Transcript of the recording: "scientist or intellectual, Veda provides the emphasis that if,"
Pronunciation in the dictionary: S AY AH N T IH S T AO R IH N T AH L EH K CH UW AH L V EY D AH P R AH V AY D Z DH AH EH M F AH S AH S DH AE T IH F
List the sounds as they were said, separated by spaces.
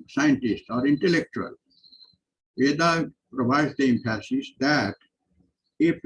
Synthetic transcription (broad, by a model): S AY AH N T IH S T AO R IH N T AH L EH K CH UW AH L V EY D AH P R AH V AY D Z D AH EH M P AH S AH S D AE T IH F